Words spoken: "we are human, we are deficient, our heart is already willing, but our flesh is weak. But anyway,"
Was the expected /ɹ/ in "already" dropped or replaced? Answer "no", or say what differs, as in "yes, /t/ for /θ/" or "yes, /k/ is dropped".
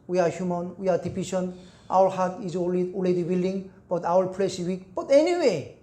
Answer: yes, /l/ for /ɹ/